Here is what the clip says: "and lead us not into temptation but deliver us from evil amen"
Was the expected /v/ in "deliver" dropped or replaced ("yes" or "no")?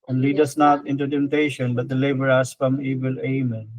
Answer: yes